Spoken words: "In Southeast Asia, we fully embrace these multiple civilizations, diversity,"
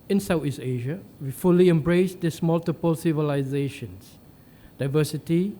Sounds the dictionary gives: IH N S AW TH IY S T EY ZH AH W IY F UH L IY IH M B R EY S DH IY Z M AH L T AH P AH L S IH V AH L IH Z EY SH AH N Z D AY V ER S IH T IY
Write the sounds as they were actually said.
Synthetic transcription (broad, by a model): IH N S AW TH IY S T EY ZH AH W IY F UH L IY IH M B R EY S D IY S M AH L T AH P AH L S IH V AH L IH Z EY SH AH N S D AY V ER S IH T IY